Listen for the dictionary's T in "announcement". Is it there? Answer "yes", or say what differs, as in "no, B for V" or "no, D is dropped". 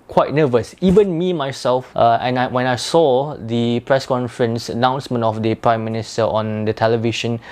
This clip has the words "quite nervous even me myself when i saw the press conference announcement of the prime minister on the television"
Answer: yes